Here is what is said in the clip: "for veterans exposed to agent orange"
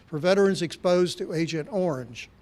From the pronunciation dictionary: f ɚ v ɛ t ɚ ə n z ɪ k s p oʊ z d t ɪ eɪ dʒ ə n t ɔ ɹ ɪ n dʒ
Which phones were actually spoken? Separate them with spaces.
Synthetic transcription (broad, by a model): f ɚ v ɛ t ɚ ə n z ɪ k s p oʊ z t ɪ eɪ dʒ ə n t ɔ ɹ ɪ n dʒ